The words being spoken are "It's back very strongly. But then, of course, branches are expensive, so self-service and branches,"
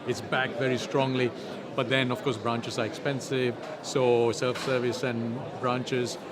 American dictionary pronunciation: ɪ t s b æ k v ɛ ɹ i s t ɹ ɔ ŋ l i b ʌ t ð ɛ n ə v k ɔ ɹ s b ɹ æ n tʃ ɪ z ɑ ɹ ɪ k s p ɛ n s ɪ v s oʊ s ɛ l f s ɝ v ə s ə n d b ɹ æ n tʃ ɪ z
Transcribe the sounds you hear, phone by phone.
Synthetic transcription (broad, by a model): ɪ t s b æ k v ɛ ɹ i s t ɹ ɔ ŋ l i b ʌ t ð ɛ n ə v k ɔ ɹ s b ɹ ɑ n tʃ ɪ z ɑ ɹ ɪ k s p ɛ n s ɪ v s oʊ s ɛ l f s ɝ v ə s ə n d b ɹ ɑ n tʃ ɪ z